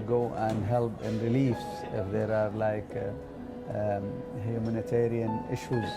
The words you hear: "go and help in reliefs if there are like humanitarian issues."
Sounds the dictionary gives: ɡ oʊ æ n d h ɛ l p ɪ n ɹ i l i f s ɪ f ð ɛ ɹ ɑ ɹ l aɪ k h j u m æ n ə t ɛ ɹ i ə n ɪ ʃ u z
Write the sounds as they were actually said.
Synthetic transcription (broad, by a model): ɡ oʊ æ n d h ɛ l p ɪ n ɹ i l i f s ɪ f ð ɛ ɹ ɑ ɹ l aɪ k h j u m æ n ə t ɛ ɹ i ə n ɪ ʃ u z